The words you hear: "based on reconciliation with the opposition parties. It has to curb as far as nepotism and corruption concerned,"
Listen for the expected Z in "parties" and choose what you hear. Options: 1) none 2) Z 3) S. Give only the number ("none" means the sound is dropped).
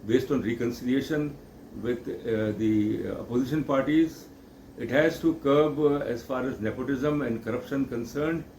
2